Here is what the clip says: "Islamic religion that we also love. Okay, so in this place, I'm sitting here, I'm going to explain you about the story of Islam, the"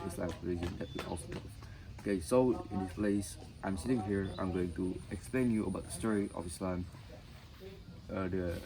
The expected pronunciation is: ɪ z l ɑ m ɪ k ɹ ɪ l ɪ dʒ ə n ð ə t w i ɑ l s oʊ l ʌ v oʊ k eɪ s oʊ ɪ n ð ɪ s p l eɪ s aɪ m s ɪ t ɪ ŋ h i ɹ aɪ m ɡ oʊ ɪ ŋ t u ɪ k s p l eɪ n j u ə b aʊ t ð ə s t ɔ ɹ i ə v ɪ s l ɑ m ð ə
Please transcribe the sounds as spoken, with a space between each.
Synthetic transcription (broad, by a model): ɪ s l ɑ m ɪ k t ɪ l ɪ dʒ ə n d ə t w i ɑ l s oʊ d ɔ oʊ k eɪ s oʊ ɪ n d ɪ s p l eɪ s aɪ m s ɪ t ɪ ŋ h i ɹ aɪ m ɡ oʊ ɪ ŋ t u ɪ k s p l eɪ n j u ə b aʊ t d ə s t ɔ ɹ i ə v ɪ s l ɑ m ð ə